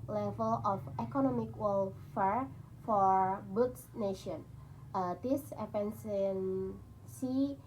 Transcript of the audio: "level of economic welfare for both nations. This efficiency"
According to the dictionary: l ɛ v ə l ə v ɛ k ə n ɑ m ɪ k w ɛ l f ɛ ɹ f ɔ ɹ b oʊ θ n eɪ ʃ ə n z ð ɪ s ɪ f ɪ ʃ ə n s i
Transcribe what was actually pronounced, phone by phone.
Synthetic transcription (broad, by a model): l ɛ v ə l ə f ɛ k ə n ɑ m ɪ k w ɛ l f ɛ ɹ f ɔ ɹ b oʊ s n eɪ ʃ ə n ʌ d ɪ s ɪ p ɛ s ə n s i